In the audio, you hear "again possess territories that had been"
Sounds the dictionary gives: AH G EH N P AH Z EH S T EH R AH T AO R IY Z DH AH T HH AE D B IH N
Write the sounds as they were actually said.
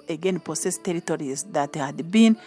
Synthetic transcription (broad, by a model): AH G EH N P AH S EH S T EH R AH T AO R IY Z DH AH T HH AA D B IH N